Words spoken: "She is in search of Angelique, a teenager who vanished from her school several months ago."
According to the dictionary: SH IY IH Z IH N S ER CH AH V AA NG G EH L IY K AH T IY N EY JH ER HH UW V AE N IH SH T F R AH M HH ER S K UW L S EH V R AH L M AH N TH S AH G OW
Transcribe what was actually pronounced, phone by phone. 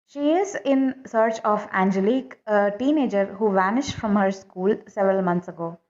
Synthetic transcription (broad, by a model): SH IY IH Z IH N S ER CH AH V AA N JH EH L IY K AH T IY N EY JH ER HH UW V AE N IH SH T F R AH M HH ER S K UW L S EH V R AH L M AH N T S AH G OW